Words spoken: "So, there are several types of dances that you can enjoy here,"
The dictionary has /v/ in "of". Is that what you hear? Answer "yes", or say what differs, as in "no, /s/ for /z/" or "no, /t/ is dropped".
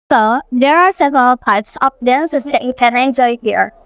no, /p/ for /v/